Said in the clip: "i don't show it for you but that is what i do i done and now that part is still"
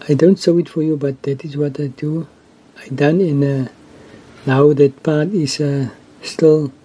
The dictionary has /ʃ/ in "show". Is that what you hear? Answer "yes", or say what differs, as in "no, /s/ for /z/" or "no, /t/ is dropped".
no, /s/ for /ʃ/